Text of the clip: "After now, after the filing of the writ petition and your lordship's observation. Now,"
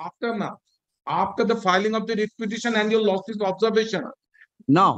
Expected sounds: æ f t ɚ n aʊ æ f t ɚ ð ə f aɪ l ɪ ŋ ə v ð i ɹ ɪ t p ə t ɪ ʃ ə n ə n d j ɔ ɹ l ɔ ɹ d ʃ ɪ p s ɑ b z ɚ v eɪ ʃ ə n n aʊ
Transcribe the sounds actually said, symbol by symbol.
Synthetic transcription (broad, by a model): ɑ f t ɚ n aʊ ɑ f t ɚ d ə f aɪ l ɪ ŋ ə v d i ɹ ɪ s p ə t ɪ ʃ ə n ə n d j ɔ ɹ l ɔ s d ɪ s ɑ b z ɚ v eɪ ʃ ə n n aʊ